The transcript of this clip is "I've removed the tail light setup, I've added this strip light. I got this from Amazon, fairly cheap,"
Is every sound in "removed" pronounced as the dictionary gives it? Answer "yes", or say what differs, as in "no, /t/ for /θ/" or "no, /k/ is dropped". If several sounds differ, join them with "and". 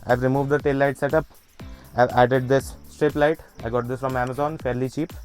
yes